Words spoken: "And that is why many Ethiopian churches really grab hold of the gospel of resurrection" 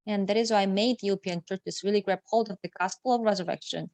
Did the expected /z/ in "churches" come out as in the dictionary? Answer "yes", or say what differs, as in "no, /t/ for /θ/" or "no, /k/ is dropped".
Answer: no, /s/ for /z/